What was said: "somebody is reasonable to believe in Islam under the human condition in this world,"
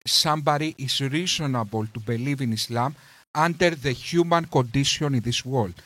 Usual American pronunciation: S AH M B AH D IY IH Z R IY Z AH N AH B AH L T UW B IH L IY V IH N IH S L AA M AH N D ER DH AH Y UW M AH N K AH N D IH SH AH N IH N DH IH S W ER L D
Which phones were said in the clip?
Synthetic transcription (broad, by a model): S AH M B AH D IY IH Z R IY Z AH N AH B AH L T UW B IH L IY V IH N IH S L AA M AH N D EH DH AH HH UW M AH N K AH N D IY S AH N IH N DH IH S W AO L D